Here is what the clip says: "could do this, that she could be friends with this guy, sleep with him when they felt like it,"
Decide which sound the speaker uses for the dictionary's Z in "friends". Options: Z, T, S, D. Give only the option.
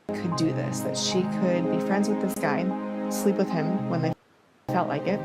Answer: Z